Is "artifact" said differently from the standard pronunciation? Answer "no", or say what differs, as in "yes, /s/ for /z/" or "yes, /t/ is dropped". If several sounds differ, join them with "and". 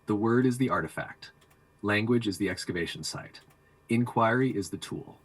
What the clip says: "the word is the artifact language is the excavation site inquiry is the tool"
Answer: no